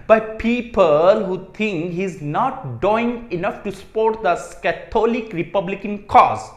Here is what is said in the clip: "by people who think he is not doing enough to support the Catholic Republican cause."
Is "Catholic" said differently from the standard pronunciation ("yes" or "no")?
yes